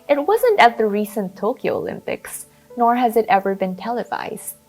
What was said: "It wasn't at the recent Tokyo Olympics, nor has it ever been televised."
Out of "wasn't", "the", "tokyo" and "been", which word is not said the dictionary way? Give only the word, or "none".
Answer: none